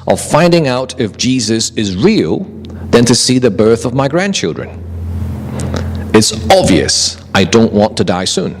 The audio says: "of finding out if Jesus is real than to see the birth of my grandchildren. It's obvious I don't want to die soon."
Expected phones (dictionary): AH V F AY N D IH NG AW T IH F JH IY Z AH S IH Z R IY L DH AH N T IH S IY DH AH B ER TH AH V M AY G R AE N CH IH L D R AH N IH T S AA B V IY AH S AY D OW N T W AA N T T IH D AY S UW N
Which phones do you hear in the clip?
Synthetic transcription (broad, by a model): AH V F AY N D IH NG AW T IH F JH IY Z AH S IH Z R IY L DH AH N T IH S IY DH AH B ER TH AH V M AY G R AE N CH IH L D R AH N IH T S AA B V IY AH S AY D OW N T W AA N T T IH D AY S UW N